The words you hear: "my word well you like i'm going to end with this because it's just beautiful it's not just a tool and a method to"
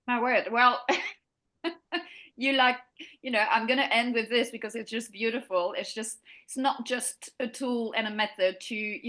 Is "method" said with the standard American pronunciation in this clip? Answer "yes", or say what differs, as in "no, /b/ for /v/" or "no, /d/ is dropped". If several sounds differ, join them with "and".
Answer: yes